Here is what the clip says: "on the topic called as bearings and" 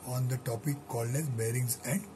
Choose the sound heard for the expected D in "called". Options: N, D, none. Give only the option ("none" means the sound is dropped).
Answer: none